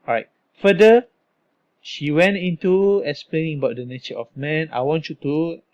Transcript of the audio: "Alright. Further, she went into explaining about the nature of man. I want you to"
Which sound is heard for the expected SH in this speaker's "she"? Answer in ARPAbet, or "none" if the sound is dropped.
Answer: SH